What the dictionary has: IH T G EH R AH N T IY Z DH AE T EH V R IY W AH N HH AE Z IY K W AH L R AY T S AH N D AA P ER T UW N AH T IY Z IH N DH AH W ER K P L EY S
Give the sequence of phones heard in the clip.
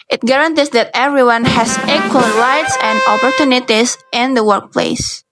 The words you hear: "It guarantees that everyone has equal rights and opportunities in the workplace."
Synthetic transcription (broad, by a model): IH T G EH R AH N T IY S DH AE T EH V R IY W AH N HH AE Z IY K W AH L R AY T S AH N D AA P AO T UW N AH T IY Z IH N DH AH W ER K P L EY S